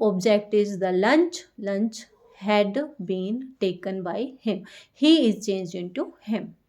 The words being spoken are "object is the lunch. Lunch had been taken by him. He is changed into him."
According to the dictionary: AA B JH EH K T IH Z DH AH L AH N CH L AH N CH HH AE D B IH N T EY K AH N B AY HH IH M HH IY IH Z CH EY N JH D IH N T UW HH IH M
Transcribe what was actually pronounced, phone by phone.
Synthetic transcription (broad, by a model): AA B JH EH K T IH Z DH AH L AH N CH L AH N CH HH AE D B IH N T EY K AH N B AY HH IH M HH IY IH Z CH EY N JH IH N T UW HH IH M